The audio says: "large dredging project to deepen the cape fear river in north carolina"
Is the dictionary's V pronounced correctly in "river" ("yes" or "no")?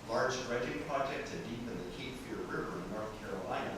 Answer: yes